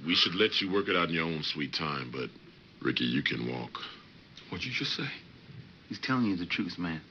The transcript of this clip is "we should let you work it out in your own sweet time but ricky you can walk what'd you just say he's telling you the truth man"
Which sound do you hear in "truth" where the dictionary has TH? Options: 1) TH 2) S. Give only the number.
2